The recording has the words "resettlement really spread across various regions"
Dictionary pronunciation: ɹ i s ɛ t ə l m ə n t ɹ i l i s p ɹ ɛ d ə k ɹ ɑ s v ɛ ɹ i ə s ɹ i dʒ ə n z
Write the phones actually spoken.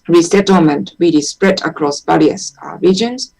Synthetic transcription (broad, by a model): ɹ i s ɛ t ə l m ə n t w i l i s p ɹ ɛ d ə k ɹ ɑ s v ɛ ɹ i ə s ɹ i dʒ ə n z